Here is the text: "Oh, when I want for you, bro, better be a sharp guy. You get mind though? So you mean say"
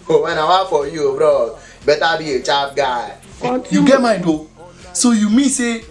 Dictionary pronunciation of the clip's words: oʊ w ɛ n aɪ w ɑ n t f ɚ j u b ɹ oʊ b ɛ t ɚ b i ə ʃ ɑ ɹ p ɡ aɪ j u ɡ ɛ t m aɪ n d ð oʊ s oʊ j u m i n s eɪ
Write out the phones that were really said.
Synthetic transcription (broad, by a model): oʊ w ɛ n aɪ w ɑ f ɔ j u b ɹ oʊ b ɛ t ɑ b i ə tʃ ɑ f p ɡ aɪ j u ɡ ɛ t m aɪ d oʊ s oʊ j u m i s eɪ